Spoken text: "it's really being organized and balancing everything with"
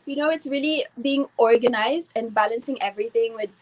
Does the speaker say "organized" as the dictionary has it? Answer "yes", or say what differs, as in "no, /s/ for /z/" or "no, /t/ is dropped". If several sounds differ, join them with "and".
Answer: yes